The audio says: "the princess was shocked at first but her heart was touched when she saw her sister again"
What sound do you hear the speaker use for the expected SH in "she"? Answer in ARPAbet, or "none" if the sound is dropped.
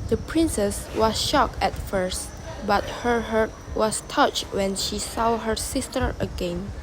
SH